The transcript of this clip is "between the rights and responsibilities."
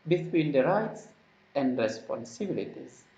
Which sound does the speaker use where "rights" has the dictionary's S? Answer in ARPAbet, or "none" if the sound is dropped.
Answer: S